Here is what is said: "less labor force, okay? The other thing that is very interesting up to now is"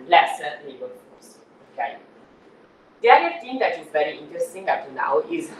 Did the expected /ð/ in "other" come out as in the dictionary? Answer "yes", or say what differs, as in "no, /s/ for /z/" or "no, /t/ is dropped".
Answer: no, /ð/ is dropped